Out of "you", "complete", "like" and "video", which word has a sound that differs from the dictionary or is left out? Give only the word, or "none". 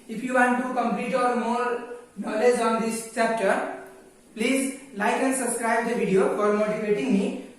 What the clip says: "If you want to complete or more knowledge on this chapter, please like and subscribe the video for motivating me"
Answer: video